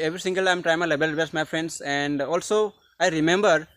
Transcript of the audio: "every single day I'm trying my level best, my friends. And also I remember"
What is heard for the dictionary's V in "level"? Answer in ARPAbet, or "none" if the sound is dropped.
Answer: B